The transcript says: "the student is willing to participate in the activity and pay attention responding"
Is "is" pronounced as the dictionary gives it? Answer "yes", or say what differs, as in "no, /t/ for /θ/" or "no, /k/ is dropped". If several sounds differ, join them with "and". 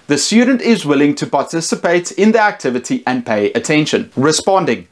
yes